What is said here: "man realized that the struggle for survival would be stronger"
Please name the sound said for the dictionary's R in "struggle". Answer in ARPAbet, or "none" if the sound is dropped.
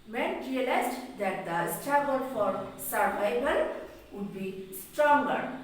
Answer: none